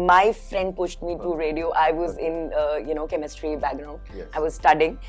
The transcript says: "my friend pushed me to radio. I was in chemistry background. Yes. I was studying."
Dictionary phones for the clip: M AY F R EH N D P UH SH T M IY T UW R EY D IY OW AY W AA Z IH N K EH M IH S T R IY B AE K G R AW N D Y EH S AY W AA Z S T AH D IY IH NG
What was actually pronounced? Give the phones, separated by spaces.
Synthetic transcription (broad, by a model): M AY F R EH N D P UH SH T M IY T UW R EY D IY OW AY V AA Z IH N K EH M IH S T R IY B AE G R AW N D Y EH AY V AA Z S T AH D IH NG